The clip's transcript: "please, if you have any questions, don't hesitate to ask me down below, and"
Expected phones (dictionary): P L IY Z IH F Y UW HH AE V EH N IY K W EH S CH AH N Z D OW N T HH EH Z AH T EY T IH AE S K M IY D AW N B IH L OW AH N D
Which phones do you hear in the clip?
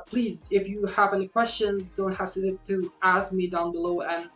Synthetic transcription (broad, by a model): P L IY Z IH F Y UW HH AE V EH N IY K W EH S CH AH N D OW N T HH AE S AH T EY T IH AE S K M IY D AW N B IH L OW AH N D